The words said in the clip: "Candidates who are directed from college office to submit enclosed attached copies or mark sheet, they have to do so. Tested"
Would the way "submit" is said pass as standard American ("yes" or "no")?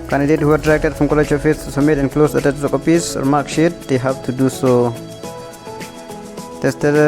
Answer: no